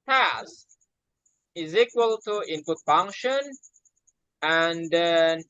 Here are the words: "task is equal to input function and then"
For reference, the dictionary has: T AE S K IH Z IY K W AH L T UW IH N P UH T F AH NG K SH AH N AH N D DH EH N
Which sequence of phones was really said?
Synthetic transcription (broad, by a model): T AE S IH Z IY K W AH L T UW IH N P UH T F AH NG K SH AH N AH N D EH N